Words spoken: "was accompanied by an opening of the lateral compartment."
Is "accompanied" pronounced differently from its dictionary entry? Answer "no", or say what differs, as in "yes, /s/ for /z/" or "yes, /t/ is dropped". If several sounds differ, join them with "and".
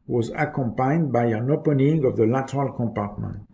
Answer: yes, /n/ is dropped